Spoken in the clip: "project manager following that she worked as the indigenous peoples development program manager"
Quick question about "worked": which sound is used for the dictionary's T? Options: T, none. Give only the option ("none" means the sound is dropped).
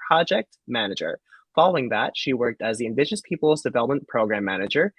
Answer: T